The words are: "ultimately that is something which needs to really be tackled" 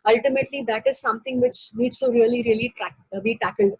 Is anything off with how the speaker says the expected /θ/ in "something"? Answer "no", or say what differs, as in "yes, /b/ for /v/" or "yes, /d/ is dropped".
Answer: yes, /t/ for /θ/